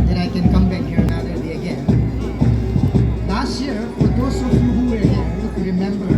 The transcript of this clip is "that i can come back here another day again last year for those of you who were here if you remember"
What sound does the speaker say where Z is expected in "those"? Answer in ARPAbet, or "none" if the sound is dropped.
S